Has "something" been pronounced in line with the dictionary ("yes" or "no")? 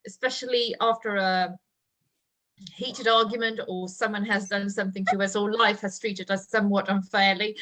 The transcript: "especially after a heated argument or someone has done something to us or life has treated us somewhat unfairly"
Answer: yes